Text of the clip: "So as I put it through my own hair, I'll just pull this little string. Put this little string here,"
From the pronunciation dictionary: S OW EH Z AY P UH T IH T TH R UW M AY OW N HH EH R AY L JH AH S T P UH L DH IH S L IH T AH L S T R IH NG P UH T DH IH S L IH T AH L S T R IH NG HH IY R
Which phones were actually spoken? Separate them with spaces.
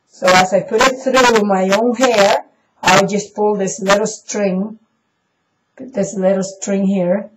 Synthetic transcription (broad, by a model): S OW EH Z AY P UH T IH T TH R UW M AY OW N HH EH R AY W JH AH S P UH L DH IH S L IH T L S T R IH NG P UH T DH IH S L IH T L S T R IH NG HH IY R